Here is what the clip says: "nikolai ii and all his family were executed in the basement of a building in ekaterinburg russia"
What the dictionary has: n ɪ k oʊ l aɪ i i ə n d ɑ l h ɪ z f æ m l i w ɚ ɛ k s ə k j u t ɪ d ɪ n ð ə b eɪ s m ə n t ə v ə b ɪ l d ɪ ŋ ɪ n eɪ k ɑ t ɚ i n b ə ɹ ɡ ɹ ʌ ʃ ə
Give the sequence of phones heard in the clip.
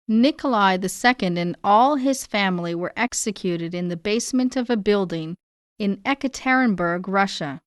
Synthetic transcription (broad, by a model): n ɪ k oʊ l aɪ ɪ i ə n d ɑ l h ɪ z f æ m l i w ɚ ɛ k s ə k j u t ɪ d ɪ n ð ə b eɪ s m ə n t ə v ə b ɪ l d ɪ ŋ ɪ n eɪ k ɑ t ɚ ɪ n b ə ɹ ɡ ɹ ʌ ʃ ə